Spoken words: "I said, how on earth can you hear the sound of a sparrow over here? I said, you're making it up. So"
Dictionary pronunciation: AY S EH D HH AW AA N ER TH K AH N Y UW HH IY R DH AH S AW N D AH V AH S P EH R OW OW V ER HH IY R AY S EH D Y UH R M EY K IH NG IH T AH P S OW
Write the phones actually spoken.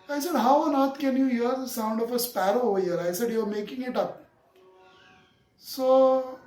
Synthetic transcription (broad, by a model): AY S EH D HH AW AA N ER T K AH N Y UW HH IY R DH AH S AW N D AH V AH S P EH R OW OW V ER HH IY R AY S EH D Y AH R M EY K IH NG IH T AH P S OW